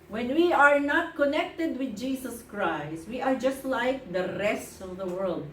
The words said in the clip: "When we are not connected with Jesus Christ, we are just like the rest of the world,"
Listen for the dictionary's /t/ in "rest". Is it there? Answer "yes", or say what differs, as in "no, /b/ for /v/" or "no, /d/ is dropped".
yes